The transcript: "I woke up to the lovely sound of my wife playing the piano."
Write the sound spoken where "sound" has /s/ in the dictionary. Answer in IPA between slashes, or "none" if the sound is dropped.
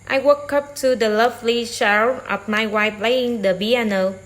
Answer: /ʃ/